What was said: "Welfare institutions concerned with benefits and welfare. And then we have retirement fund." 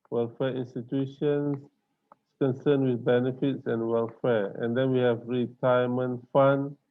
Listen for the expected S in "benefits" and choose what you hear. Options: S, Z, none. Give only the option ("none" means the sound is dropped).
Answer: S